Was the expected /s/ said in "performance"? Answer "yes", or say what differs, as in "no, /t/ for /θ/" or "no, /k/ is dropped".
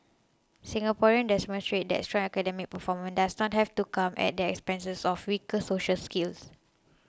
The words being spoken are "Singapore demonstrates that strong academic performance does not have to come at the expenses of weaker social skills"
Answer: no, /s/ is dropped